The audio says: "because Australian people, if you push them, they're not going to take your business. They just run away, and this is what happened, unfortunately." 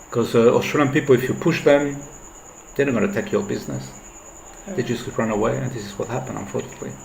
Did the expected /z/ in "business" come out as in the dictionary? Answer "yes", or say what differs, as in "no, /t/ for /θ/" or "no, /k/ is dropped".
yes